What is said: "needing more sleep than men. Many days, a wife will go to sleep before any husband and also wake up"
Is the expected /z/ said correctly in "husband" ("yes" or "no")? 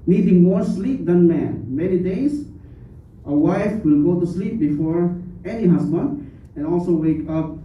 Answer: no